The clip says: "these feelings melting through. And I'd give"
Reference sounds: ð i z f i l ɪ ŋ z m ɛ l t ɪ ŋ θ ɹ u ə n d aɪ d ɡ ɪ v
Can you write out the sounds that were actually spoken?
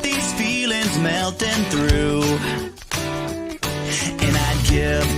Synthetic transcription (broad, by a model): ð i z f i l ɪ ŋ z m ɛ l t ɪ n θ ɹ u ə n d aɪ d ɡ ɪ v